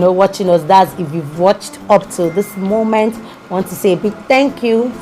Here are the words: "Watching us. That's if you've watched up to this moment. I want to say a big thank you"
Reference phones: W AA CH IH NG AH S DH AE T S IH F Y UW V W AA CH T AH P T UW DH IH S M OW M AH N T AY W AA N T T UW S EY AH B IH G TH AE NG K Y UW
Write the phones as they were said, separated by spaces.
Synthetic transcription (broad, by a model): W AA CH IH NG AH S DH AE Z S IH F Y UW V W AA CH T AH P T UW DH IH S M OW M AH N T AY W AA N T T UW S EY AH B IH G TH AE NG K Y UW